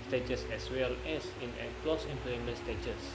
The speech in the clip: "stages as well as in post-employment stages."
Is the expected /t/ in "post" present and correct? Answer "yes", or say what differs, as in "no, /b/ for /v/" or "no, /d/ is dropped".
no, /t/ is dropped